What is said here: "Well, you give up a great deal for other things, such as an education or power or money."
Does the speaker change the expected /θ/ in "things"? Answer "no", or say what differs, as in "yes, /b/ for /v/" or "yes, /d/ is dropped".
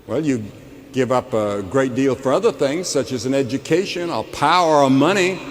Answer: no